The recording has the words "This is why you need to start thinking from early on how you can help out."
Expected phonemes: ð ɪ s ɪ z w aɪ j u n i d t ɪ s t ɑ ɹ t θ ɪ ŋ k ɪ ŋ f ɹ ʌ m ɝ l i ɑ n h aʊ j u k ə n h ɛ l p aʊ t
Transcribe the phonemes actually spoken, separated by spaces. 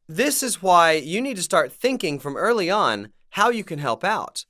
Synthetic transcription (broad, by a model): ð ɪ s ɪ z w aɪ j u n i d t ɪ s t ɑ ɹ t θ ɪ ŋ k ɪ ŋ f ɹ ʌ m ɝ l i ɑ n h aʊ j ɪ k ə n h ɛ l p aʊ t